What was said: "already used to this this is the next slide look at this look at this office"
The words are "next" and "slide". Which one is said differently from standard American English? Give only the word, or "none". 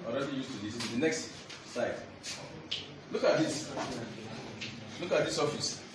slide